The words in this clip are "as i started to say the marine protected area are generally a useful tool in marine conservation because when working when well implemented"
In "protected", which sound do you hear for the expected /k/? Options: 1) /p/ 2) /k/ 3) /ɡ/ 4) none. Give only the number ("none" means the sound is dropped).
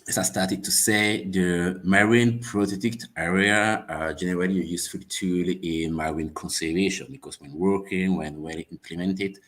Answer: 4